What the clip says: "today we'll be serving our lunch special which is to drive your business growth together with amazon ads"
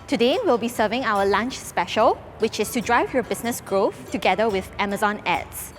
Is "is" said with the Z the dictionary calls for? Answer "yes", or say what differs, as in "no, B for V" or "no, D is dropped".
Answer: no, S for Z